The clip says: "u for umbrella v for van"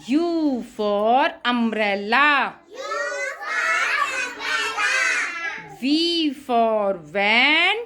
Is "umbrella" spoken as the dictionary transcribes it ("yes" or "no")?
no